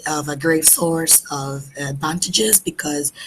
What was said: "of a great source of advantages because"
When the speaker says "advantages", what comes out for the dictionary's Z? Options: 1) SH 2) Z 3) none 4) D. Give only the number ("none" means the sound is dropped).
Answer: 2